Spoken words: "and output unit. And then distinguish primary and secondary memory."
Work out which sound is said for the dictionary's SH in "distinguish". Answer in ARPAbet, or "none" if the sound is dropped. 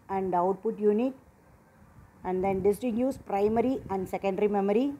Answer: S